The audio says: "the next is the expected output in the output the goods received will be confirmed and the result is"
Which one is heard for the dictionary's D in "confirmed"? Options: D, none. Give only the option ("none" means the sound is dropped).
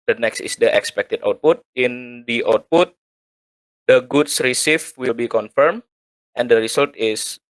none